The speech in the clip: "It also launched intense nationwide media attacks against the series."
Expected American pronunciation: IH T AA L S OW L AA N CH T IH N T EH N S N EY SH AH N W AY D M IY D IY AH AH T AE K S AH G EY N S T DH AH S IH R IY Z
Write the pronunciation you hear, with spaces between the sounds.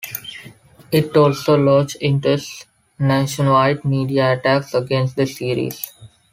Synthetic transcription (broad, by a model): IH T AA L S OW L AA CH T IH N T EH S N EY SH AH N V AY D M IY D IY AH AH T AE K S AH G EY N S T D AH S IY R IY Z